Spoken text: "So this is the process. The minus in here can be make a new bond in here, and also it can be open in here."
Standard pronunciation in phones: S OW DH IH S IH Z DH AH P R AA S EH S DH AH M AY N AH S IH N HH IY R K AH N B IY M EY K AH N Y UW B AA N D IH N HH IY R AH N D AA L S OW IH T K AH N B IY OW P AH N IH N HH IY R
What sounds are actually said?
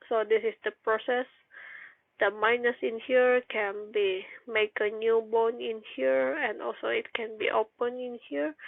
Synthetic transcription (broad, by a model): S OW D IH S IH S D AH P R AA S EH S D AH M AY N AH S IH N HH IY R K AH N B IY M EY K AH N Y UW B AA N IH N HH IY R AH N D AA L S OW IH T K AH N B IY OW P AH N IH N HH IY R